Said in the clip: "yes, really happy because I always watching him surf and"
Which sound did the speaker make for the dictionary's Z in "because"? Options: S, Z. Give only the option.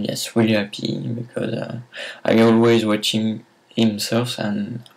Z